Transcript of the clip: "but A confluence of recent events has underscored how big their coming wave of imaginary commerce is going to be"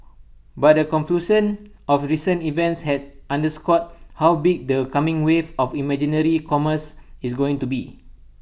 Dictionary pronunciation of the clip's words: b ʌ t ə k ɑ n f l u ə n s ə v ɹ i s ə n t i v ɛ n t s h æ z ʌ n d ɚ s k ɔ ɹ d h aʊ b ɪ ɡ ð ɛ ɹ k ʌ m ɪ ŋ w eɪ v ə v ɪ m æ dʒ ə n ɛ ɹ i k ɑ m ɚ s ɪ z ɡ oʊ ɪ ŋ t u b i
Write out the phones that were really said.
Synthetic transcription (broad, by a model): b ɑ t ə k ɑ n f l u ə n ə f ɹ i s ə n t i v ɛ n t s h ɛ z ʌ n d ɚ s k ɔ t h aʊ b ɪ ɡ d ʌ k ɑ m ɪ ŋ w eɪ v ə f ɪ m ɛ dʒ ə n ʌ ɹ i k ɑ m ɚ s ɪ s ɡ oʊ ɪ ŋ t u b i